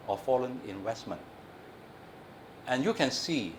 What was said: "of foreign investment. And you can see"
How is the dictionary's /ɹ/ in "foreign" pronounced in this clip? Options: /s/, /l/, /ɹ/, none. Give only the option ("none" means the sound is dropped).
/l/